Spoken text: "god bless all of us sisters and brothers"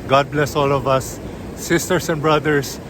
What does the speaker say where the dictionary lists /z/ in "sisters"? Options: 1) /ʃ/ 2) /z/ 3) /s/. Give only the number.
3